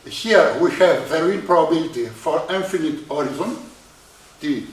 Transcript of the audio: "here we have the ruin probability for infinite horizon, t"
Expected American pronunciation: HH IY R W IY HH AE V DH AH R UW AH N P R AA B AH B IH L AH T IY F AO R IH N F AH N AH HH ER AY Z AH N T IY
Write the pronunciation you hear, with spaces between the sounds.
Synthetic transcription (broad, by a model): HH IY R W IY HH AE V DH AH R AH L P R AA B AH B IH L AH T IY F AO R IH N F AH N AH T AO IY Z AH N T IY